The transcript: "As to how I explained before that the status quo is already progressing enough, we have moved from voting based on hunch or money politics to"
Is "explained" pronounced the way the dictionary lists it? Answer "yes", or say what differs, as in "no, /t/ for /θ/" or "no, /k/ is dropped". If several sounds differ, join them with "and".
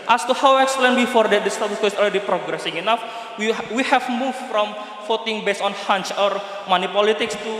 no, /p/ is dropped